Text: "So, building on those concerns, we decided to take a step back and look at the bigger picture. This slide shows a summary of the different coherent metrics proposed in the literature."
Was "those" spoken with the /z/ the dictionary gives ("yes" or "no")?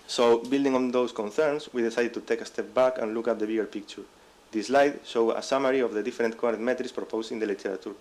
no